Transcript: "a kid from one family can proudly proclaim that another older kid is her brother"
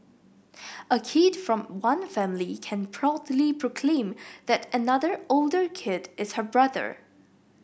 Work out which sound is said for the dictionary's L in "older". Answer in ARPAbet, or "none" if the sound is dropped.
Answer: L